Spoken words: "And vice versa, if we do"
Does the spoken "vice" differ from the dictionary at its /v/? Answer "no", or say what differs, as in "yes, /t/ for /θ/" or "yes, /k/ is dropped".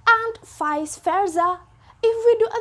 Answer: yes, /f/ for /v/